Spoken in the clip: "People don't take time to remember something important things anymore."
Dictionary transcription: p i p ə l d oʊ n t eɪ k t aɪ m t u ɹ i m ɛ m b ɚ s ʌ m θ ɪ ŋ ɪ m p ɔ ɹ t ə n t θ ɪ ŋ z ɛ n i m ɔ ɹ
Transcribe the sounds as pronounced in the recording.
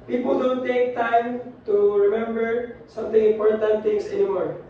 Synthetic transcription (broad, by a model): p i p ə l d oʊ n t eɪ k t aɪ m t u ɹ i m ɛ m b ɚ s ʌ m t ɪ ŋ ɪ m p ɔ ɹ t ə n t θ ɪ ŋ s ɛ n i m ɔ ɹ